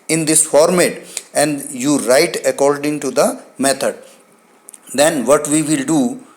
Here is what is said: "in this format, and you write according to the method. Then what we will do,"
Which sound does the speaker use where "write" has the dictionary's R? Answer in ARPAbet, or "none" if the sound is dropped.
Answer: R